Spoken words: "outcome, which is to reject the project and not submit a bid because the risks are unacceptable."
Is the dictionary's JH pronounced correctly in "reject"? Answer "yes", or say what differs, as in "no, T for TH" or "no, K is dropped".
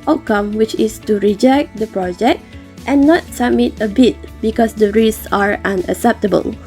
yes